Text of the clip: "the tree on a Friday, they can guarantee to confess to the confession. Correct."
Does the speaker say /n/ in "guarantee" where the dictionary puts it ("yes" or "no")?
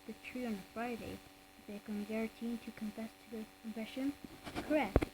no